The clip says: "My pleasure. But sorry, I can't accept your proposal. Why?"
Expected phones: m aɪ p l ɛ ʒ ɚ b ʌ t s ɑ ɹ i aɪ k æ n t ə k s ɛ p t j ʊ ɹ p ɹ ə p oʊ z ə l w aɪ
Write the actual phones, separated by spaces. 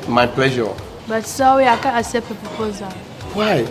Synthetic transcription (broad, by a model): m aɪ p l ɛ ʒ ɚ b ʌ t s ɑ w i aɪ k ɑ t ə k s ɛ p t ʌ p ɹ ə p oʊ z ə l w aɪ